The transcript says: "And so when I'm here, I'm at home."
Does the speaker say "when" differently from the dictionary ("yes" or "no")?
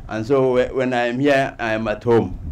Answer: no